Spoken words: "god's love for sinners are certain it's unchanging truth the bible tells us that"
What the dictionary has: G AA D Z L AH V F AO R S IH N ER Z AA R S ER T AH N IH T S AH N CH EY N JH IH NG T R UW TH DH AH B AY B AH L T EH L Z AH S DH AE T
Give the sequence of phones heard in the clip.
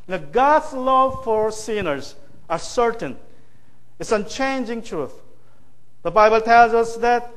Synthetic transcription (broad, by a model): G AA D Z L AH V F AO R S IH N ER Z AA R S ER T AH N IH T S AH N CH EY N JH IH NG T R UW TH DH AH B AY B AH L T EH L Z AH S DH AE T